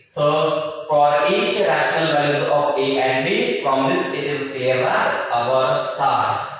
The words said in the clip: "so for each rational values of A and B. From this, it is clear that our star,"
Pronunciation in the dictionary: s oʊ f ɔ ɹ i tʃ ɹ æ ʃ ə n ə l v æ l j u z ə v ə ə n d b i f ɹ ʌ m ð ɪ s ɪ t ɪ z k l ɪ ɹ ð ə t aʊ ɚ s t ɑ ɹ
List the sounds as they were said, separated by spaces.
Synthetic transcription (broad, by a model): s oʊ f ɔ ɹ i tʃ ɹ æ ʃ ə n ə l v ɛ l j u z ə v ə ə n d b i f ɹ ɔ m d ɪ s ɪ t ɪ z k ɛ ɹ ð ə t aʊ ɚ s t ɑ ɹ